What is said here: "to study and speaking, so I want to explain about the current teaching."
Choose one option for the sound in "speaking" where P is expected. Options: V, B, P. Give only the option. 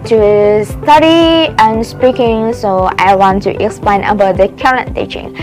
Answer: P